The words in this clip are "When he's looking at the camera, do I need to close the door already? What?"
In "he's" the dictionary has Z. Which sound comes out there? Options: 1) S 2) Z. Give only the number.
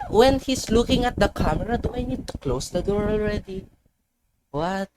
1